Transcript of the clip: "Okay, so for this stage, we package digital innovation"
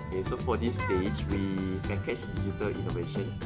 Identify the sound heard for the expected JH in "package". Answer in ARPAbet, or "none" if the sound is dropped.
CH